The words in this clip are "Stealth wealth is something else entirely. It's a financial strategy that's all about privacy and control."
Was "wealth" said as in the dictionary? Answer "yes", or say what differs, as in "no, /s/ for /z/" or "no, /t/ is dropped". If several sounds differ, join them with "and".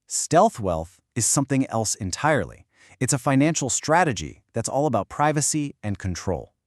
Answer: yes